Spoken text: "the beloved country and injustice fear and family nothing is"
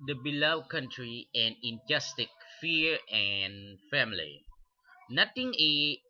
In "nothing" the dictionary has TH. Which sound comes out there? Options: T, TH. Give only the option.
T